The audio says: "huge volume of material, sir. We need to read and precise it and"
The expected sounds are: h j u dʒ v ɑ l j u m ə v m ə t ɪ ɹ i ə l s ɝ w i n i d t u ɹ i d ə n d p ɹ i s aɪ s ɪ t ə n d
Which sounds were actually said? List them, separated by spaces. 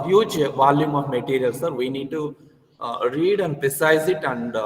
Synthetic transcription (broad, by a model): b j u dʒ v ɑ l j u m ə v m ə t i ɹ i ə l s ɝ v i n i d t u ɹ i d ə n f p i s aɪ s ɪ t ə n d